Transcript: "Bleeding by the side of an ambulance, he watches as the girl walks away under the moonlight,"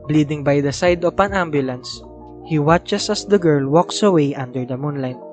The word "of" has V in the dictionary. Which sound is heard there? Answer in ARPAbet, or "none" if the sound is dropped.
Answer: P